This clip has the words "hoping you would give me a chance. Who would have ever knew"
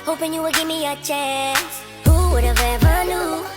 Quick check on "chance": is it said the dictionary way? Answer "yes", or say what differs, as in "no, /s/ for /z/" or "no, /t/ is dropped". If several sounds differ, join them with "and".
no, /n/ is dropped